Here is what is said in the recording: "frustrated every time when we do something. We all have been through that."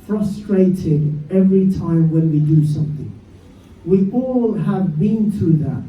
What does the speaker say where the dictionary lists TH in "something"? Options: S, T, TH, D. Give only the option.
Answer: TH